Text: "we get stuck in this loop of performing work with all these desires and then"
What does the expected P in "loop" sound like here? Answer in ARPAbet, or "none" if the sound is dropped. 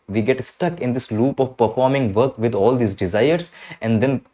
P